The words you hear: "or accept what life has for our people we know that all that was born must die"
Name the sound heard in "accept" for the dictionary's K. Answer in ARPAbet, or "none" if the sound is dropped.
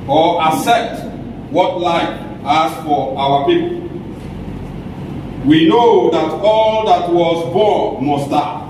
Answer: none